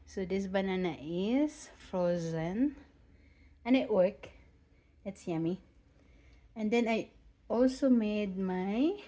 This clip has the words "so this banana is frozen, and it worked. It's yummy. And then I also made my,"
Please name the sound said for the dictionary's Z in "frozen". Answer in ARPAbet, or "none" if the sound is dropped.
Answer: Z